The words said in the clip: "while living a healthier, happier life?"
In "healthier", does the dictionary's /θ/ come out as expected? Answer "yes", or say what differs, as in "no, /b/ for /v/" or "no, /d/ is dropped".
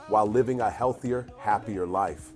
yes